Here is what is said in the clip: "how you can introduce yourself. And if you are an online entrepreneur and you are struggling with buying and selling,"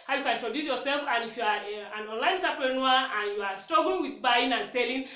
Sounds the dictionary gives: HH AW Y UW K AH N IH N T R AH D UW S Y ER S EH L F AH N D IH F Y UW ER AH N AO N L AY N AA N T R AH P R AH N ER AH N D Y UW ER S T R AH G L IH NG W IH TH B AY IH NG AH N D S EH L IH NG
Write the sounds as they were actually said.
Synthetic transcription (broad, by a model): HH AW Y UW K AH N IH T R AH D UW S Y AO S EH L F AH N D IH F Y UW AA AH N AO N L AY N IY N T AH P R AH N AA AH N Y UW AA S T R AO G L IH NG W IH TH B AY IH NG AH N S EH L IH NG